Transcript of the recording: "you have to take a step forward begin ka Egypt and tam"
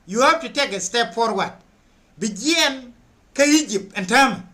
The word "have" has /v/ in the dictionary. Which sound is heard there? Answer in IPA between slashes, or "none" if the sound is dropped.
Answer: /p/